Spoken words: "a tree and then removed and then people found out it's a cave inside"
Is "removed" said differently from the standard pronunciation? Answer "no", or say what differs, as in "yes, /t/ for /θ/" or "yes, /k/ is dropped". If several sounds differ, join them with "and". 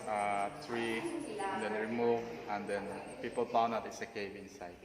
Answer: yes, /d/ is dropped